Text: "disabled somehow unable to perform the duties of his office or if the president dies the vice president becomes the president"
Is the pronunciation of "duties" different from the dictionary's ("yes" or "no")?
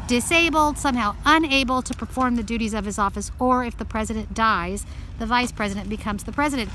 no